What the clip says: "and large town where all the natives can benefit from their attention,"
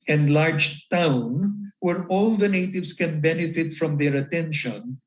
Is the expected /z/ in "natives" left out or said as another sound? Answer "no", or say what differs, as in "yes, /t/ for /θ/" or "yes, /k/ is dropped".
yes, /s/ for /z/